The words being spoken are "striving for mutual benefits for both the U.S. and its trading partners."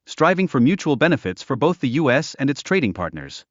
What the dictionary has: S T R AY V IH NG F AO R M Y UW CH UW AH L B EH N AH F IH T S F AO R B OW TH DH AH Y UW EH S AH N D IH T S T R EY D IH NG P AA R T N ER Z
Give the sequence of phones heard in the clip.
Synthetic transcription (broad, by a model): S T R AY V IH NG F AO R M Y UW CH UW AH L B EH N AH F IH T S F AO R B OW TH DH AH Y UW EH S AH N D IH T S T R EY D IH NG P AA R T N ER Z